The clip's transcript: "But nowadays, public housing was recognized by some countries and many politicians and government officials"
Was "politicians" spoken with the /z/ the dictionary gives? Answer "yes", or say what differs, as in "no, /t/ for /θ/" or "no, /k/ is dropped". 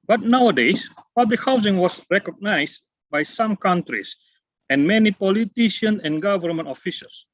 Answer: no, /z/ is dropped